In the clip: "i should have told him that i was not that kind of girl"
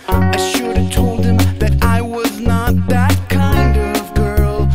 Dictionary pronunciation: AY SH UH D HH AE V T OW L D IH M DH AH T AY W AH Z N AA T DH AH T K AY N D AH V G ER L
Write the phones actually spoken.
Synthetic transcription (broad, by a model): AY SH UH D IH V T OW L D IH M DH AH T AY W AH Z N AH T DH AH T K AY N D AH V G ER L